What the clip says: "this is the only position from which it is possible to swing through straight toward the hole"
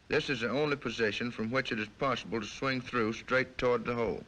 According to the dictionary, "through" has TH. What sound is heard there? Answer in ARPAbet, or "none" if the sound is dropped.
TH